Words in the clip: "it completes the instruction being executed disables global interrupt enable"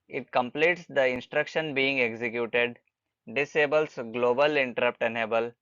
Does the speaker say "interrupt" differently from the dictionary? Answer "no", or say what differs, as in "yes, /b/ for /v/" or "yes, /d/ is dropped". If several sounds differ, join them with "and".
no